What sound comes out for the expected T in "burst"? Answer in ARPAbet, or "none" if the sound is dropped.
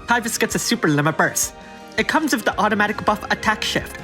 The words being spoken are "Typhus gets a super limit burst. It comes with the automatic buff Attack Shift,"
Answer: none